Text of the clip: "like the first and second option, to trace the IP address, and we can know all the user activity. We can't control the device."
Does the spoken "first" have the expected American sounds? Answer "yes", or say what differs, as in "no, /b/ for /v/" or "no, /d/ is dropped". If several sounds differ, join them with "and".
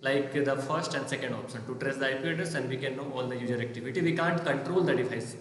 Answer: yes